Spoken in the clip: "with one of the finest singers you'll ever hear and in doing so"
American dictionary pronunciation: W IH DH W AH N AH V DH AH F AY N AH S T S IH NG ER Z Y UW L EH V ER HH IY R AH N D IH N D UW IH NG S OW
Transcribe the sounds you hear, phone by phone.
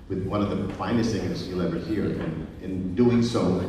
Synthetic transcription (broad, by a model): W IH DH W AH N AH V DH AH F AY N AH S T TH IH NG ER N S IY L EH V ER HH IY R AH N IH N D UW IH NG S OW